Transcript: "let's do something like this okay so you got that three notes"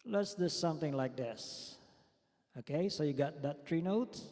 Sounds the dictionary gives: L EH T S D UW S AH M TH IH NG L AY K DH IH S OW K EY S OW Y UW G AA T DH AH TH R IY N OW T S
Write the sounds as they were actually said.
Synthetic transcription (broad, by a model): L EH T S D UW S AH M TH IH NG L AY K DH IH S OW K EY S OW Y UW G AA T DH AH T R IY N OW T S